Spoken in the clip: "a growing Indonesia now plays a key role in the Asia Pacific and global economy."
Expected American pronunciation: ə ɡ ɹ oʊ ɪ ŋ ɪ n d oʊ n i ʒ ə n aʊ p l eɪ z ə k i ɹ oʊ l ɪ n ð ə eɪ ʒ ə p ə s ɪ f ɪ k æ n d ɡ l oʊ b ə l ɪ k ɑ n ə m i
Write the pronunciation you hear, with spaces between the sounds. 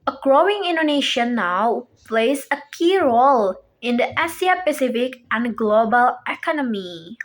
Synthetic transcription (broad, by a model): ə ɡ ɹ oʊ ɪ ŋ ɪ n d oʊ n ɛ ʃ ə n aʊ p l eɪ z ə k i ɹ oʊ l ɪ n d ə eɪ s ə p ə s ɪ f ɪ k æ n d ɡ l oʊ b ə l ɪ k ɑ n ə m i